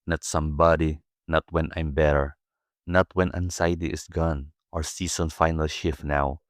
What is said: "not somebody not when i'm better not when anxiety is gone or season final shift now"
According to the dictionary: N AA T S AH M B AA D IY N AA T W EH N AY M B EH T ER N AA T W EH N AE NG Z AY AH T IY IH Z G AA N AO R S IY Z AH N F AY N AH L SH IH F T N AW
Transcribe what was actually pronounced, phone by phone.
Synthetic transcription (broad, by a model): N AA T S AH M B AA D IY N AA T W EH N AY M B EH T ER N AA T W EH N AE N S AY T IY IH S G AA N AO R S IY S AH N F AY N AH L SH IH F N AW